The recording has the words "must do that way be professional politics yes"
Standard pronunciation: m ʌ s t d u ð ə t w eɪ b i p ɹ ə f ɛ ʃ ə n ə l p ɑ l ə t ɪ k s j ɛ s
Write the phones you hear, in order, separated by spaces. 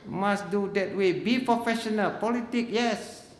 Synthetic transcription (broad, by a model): m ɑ s d u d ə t w eɪ b i p ɹ ə f ɛ ʃ ə n ə l p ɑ l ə t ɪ k j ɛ s